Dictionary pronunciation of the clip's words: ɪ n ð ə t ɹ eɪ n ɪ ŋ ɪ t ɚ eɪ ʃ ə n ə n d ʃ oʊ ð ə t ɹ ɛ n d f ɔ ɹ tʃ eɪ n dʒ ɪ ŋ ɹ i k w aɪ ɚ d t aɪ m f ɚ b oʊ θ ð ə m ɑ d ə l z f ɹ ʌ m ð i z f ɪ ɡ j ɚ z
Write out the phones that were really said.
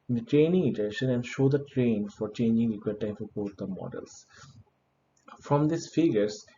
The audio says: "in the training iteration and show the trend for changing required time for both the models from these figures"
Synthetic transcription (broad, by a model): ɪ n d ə t ɹ eɪ n ɪ ŋ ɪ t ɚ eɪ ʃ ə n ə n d ʃ oʊ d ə t ɹ ɛ n f ɔ ɹ tʃ eɪ n dʒ ɪ ŋ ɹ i k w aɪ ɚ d t aɪ m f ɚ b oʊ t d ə m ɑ d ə l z f ɹ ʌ m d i s f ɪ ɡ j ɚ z